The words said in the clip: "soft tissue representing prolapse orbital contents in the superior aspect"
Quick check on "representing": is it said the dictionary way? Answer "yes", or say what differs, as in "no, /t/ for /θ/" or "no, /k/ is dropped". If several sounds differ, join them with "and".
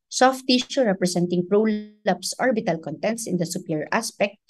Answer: no, /s/ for /z/